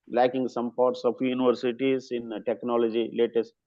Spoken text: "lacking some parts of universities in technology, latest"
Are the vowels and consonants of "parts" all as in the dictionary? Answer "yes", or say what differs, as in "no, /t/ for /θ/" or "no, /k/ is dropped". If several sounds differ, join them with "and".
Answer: yes